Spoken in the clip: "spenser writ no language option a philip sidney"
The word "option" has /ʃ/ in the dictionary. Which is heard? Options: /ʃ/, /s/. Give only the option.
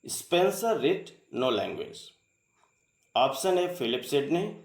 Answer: /s/